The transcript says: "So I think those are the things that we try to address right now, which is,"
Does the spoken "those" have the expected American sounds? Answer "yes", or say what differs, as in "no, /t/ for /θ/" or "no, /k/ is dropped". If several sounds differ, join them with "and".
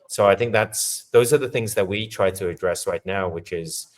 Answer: yes